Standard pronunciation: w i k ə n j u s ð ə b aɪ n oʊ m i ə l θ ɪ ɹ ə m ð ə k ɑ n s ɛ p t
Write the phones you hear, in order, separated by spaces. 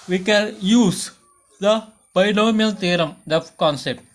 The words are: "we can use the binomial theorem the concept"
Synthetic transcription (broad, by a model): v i k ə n j u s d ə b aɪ l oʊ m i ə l t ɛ ɹ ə m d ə k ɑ n s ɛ p t